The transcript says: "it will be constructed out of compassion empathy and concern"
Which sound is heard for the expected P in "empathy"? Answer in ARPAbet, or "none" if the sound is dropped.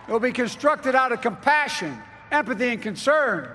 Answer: P